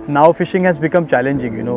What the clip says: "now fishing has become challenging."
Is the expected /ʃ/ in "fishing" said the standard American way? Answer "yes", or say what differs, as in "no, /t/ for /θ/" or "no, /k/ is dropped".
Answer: yes